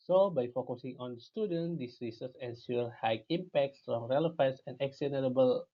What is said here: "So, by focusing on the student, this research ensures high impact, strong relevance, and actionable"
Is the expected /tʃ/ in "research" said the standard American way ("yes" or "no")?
no